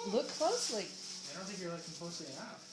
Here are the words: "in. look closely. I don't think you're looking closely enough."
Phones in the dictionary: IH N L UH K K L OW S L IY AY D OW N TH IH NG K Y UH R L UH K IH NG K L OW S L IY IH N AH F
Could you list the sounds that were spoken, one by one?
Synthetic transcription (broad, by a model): L UH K K L OW S L IY AY D OW N TH IH NG K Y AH R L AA IH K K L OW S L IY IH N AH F